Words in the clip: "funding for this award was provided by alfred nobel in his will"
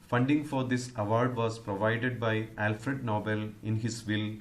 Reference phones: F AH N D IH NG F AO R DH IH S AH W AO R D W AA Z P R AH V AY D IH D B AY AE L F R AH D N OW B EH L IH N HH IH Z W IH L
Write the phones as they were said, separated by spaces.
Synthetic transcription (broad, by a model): F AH N D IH NG F AO R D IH S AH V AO R D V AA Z P R AH V AY D IH D B AY AE L F R AH D N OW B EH L IH N HH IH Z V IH L